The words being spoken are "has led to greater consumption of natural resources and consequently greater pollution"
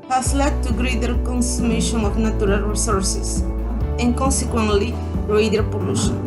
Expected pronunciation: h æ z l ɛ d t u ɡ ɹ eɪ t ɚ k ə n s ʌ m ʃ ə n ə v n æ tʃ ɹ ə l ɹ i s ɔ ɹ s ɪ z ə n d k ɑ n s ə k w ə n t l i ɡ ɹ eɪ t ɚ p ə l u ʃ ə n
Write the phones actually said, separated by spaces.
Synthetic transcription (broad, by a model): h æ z l ɛ d t u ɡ ɹ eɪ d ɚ k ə n s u m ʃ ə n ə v n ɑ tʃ ɹ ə l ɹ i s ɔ ɹ s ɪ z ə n k ɑ n s ə k w ə n t l i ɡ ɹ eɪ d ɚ p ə l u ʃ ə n